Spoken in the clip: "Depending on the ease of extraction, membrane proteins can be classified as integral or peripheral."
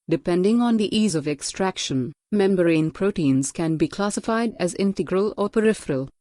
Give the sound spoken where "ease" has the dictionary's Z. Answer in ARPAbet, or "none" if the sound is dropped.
Z